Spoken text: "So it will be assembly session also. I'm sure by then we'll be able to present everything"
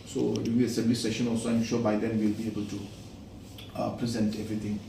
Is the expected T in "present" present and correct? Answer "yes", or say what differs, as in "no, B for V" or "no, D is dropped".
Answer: yes